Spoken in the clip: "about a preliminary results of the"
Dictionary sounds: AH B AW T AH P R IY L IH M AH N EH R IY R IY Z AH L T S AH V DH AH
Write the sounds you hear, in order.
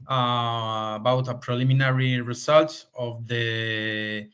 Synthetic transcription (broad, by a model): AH B AW T AH P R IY L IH M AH N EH R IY R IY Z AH L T AH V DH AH